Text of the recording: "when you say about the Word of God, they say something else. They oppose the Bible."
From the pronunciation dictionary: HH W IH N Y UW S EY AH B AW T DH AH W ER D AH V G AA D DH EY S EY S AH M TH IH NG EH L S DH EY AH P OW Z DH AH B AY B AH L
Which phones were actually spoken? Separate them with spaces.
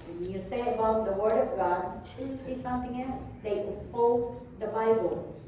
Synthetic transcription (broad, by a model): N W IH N Y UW S EY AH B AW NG DH AH W ER D AH V G AA D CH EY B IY S AH M TH IH NG EH L S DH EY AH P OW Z DH AH B AY B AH L